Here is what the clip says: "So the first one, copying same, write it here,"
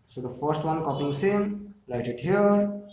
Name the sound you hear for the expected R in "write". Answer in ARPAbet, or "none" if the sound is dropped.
L